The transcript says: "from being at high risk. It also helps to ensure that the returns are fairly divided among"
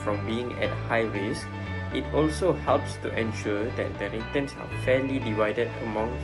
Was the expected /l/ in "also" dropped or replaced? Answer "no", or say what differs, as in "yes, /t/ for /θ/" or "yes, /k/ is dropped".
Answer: no